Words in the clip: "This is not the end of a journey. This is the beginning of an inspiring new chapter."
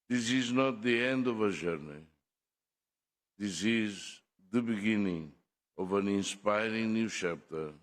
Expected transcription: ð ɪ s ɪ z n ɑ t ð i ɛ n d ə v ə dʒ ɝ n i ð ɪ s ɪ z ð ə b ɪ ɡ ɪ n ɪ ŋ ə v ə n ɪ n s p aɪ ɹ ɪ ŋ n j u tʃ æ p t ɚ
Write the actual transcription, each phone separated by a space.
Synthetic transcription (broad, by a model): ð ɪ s ɪ z n ɑ t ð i ɛ n d ə v ə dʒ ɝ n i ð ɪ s ɪ z ð ə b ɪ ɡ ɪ n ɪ ŋ ə v ə n ɪ n s p aɪ ɹ ɪ ŋ n j u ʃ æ p t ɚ